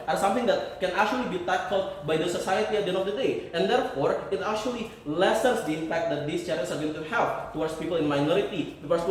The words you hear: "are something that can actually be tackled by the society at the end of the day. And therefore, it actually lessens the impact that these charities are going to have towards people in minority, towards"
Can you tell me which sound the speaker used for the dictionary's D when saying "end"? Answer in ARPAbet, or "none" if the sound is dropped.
none